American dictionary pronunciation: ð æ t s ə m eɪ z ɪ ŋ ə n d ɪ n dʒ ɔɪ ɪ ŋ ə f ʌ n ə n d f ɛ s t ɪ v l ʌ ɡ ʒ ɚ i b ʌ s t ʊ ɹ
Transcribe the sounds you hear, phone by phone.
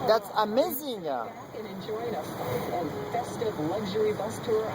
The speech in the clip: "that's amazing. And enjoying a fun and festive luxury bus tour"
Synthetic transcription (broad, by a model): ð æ t s ə m eɪ z ɪ ŋ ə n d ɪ n dʒ ɔɪ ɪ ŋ ə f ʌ ə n f ɛ s t ɪ v l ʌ ɡ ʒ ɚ i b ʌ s t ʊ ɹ